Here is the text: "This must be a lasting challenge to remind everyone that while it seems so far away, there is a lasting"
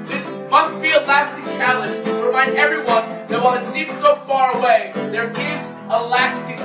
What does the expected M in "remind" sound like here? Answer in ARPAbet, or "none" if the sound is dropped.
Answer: none